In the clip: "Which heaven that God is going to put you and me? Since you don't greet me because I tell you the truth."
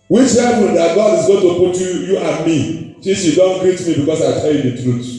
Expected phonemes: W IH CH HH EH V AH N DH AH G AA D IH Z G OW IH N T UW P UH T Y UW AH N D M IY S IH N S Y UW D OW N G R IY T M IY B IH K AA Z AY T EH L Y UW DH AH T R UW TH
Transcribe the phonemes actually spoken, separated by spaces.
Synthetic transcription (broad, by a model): W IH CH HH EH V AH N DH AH G AA D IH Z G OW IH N T UW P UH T Y UW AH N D M IY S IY S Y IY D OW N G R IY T M IY B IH K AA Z AY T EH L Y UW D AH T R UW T